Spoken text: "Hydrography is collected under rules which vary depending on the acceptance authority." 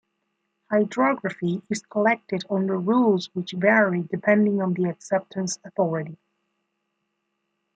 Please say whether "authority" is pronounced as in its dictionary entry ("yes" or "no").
yes